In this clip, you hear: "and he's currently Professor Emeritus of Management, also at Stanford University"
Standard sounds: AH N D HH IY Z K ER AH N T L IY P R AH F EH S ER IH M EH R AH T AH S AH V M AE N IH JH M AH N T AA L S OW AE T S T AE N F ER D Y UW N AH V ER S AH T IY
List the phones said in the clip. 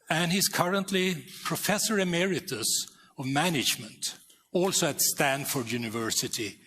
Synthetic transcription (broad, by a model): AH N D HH IY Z K ER AH N T L IY P R AH F EH S ER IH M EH R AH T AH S AH V M AE N IH JH M AH N T AA L S OW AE T S T AE N F ER D Y UW N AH V ER S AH T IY